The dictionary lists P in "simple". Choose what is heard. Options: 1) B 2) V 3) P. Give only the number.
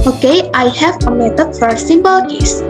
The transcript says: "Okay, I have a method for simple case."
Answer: 1